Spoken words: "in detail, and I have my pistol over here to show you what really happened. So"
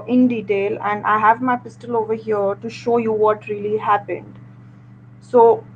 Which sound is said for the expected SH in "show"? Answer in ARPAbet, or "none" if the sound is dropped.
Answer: SH